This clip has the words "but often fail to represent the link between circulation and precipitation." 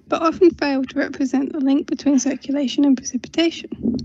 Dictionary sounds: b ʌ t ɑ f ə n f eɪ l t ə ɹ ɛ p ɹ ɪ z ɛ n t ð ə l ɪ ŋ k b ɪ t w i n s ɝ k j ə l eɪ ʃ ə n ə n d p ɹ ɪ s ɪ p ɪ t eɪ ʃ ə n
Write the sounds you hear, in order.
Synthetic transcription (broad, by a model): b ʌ t ɑ f ə n f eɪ l t ə ɹ ɛ p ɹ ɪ z ɛ n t ð ə l ɪ ŋ k b ɪ t w i n s ɝ k j ə l eɪ ʃ ə n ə n p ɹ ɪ s ɪ p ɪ t eɪ ʃ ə n